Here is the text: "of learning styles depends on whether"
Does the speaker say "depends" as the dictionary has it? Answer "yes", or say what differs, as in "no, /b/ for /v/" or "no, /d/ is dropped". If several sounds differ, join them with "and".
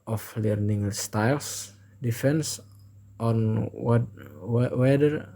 no, /f/ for /p/